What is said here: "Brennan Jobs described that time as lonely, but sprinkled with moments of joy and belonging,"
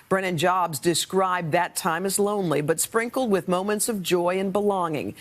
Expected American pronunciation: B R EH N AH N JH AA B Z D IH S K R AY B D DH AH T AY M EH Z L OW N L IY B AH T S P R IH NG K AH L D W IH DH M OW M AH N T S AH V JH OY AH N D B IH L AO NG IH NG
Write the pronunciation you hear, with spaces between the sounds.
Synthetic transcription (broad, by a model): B R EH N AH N JH AA B Z D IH S K R AY B DH AH T AY M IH Z L OW N L IY B AH T S P R IH NG K L D W IH DH M OW M AH N T S AH V JH OY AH N B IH L AO NG IH NG